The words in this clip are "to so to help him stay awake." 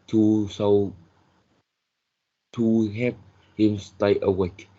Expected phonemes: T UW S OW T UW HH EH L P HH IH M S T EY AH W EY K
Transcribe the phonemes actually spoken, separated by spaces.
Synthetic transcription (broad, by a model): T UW S OW T UW HH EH P HH IH M S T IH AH W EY K